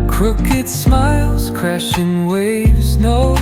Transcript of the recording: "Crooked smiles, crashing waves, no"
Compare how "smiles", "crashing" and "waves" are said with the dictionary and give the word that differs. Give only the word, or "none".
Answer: none